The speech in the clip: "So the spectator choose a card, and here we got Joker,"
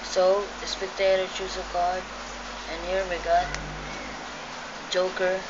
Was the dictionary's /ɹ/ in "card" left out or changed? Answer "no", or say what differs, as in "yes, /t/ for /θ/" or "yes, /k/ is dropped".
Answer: yes, /l/ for /ɹ/